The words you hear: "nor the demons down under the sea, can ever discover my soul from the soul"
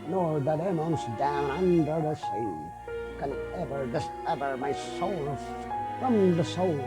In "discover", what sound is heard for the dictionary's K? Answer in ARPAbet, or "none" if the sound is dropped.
none